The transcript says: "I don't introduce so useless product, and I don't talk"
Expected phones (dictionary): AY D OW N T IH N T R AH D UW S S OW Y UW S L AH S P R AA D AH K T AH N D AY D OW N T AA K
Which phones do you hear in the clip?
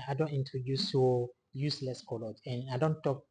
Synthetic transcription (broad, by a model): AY D OW N T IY N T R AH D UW S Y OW Y UW S L AH S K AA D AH T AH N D AY D OW N T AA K